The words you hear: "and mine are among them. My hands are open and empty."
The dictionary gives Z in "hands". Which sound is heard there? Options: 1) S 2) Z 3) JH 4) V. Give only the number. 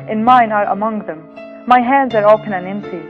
2